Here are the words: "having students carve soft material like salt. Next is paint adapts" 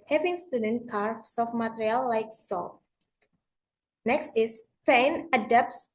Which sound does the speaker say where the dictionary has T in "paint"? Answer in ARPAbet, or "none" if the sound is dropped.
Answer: none